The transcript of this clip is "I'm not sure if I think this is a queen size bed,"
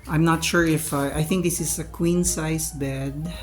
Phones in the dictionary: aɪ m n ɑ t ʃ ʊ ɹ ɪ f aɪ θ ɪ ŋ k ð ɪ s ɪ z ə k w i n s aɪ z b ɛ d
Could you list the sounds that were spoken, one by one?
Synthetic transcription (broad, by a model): aɪ m n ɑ t ʃ ʊ ɹ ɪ f aɪ θ ɪ ŋ k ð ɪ s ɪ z ə k w i n s aɪ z b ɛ d